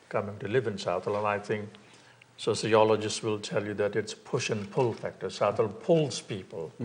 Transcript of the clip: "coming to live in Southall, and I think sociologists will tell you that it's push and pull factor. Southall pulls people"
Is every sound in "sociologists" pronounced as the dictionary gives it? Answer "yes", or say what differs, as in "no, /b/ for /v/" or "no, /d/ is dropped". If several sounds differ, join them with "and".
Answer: yes